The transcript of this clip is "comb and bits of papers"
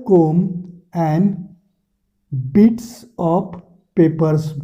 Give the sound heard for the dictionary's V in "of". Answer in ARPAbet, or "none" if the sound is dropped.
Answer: P